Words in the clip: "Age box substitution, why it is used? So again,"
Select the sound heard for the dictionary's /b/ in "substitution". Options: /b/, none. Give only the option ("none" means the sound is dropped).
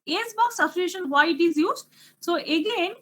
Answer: none